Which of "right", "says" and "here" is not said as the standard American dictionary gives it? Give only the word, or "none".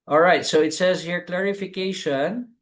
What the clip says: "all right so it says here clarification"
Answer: none